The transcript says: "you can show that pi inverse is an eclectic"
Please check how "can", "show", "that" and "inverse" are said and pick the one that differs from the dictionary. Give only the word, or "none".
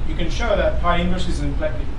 inverse